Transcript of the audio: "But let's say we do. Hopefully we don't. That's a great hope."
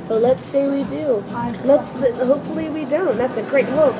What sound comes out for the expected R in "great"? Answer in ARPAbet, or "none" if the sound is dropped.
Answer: R